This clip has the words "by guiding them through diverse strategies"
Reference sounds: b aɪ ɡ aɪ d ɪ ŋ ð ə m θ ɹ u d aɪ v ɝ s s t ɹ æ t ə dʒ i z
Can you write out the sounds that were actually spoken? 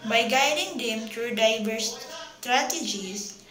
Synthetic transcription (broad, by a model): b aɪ ɡ aɪ d ɪ ŋ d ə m t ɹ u d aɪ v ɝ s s t ɹ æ t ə dʒ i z